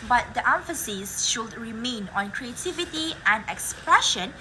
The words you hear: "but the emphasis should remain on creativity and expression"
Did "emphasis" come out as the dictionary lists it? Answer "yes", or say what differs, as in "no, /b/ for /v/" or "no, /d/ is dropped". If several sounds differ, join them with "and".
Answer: yes